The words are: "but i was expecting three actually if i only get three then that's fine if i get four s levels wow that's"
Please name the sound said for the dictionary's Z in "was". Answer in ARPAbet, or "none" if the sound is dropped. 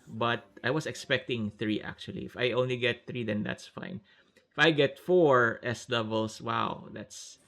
S